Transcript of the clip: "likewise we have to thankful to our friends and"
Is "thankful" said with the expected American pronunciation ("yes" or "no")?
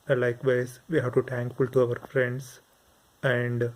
no